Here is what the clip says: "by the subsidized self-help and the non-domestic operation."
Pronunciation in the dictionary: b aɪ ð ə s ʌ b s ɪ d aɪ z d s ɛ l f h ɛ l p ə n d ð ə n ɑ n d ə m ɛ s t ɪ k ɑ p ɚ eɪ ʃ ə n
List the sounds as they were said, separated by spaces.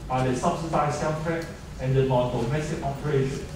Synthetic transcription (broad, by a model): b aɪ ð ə s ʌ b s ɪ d aɪ s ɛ n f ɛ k ə n d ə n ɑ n d ə m ɛ s t ɪ k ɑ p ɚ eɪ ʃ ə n